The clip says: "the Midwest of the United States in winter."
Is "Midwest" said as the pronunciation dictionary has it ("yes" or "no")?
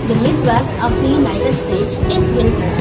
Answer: no